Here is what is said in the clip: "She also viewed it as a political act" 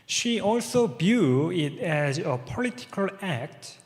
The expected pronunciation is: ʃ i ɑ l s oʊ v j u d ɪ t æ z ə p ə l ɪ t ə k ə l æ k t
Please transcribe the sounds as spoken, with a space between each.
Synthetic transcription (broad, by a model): ʃ i ɑ l s oʊ b j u ɪ t æ z ə p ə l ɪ t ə k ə l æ k t